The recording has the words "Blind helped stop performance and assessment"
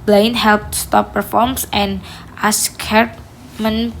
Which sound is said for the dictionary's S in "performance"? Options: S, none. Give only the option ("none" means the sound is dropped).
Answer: none